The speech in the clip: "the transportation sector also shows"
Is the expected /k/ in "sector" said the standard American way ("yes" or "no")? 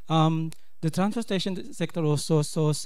yes